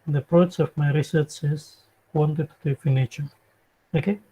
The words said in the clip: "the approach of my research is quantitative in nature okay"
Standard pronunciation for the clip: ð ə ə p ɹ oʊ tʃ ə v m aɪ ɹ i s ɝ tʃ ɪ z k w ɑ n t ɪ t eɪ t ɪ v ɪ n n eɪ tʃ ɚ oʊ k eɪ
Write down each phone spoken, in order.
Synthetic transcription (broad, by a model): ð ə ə p ɹ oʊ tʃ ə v m aɪ ɹ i s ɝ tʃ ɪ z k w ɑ n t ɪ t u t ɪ f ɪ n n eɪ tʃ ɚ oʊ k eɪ